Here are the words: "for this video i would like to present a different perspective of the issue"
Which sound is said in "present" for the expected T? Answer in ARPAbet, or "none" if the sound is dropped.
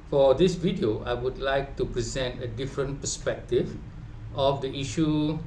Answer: T